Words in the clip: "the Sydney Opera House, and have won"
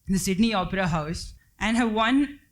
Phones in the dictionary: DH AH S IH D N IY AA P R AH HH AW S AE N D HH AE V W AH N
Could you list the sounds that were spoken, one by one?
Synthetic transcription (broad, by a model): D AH S IH D N IY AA P R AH HH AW S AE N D HH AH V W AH N